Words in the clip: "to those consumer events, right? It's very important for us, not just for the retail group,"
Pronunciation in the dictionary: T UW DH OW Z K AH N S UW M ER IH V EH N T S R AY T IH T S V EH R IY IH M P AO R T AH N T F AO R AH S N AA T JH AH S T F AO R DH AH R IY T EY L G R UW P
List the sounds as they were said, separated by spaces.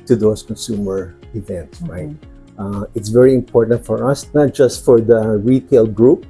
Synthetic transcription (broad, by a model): T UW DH OW S K AH N S UW M ER IH V EH N T S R AY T IH T S V EH R IY IH M P AO R T AH N T F AO R AH S N AA T JH AH S T F AO R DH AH R IY T EY L G R UW P